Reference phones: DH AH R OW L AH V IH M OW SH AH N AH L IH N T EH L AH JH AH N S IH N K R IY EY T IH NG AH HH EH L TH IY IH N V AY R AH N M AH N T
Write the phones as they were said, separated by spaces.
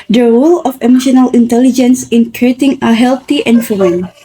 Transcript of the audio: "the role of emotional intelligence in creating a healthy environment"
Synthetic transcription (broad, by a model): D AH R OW L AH F IH M OW SH AH N AH L IH N T EH L AH JH AH N S IH N K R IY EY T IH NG AH HH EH L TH IY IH N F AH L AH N